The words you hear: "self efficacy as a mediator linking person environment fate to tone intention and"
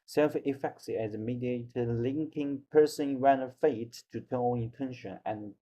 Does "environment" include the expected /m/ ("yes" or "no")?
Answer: no